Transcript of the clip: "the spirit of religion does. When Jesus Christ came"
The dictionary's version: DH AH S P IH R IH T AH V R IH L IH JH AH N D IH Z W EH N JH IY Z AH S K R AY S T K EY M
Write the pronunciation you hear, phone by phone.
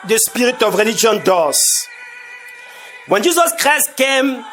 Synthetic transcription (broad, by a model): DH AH S P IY R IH T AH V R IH L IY JH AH N D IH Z W EH N JH IY Z AH S K R AY S T K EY M